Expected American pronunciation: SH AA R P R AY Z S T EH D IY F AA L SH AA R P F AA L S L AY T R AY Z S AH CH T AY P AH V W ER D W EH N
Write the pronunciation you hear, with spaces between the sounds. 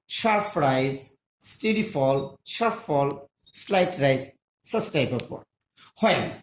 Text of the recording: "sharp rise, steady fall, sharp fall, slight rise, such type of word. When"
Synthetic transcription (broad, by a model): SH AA R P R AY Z S T EH D IY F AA L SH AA R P F AA L S L AY T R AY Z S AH S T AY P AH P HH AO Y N